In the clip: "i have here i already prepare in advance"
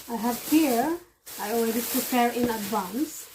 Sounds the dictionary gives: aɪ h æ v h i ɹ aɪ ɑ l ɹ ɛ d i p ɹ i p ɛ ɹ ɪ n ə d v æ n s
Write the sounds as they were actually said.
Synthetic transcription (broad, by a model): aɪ h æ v h i ɹ aɪ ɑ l w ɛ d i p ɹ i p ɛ ɹ ɪ n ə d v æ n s